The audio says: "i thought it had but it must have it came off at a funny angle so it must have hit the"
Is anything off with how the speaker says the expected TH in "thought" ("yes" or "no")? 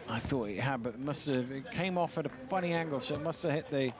no